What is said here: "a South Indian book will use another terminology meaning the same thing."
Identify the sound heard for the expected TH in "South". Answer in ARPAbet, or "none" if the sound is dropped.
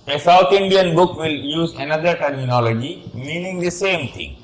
T